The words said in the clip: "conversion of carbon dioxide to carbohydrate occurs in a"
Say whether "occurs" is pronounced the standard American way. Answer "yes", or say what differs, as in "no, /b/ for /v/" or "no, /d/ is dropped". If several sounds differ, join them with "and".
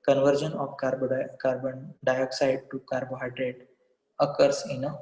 no, /s/ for /z/